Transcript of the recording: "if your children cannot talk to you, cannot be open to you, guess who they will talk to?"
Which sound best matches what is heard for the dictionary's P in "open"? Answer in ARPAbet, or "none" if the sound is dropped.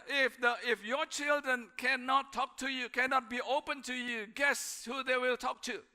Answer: P